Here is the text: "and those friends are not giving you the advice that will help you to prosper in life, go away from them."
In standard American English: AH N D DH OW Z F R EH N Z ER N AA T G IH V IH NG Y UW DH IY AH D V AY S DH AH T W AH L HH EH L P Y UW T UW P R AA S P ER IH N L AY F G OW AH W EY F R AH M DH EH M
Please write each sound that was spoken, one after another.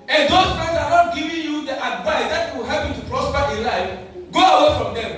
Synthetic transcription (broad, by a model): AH N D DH OW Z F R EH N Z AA N AA T G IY V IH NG Y UW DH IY AH D V AY S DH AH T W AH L HH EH P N T UW P R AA S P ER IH L AY F G OW AH W EY F R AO M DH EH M